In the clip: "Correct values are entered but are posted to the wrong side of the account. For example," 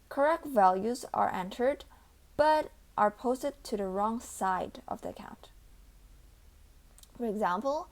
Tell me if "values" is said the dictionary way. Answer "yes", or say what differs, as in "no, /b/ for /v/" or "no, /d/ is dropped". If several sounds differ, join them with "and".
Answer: yes